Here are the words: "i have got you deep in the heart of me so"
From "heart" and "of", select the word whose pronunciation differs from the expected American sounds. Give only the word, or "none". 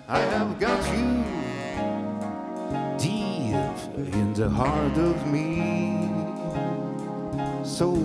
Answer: none